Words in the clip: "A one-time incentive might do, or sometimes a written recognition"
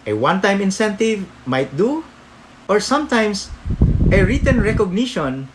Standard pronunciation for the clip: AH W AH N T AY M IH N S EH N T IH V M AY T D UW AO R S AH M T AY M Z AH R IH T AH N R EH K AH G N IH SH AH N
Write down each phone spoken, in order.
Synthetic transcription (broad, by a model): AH W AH N T AY M IH N S EH N T IH V M AY T D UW AO R S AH M T AY M S AH R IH T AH N R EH K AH G N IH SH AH N